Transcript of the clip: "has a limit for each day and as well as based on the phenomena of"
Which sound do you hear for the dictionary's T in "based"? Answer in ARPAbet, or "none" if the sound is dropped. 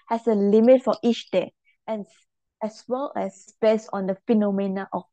none